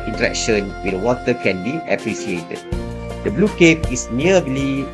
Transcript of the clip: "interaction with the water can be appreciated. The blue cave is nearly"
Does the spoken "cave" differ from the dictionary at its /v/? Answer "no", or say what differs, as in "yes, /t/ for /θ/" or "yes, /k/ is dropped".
yes, /p/ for /v/